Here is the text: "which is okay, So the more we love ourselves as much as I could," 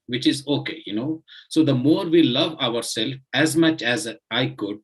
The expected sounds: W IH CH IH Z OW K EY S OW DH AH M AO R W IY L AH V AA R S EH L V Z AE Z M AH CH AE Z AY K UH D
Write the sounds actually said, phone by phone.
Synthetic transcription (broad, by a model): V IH CH IH Z OW K EY S OW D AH M AO R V IY L AH V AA R S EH L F AE Z M AH CH AE Z AY K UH D